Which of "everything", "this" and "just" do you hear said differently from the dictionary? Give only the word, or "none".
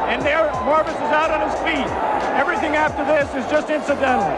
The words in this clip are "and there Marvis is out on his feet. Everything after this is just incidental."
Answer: none